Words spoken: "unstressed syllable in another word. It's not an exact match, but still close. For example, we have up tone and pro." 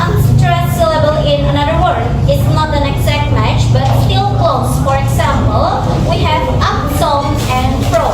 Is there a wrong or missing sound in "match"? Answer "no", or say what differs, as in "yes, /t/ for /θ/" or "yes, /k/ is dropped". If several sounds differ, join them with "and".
no